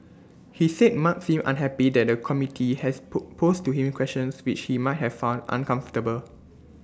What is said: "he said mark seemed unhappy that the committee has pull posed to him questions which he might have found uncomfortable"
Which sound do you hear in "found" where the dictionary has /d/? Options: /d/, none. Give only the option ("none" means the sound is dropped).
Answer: /d/